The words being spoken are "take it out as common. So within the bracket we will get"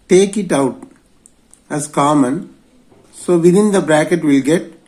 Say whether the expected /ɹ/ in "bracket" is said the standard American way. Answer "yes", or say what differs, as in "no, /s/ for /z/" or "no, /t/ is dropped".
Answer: yes